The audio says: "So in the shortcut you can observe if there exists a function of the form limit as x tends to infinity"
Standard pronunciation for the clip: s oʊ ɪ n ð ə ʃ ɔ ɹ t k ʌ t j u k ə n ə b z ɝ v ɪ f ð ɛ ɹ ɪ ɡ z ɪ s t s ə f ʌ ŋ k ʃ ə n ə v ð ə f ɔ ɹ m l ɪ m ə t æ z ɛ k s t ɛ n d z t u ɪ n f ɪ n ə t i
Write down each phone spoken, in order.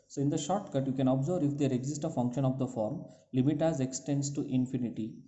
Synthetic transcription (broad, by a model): s oʊ ɪ n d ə ʃ ɔ ɹ t k ʌ t j u k ə n ə b z ɝ v ɪ f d ɛ ɹ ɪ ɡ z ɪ s t ə f ʌ ŋ k ʃ ə n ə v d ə f ɔ ɹ m l ɪ m ə t æ z ɛ k s t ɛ n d s t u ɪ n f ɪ n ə t i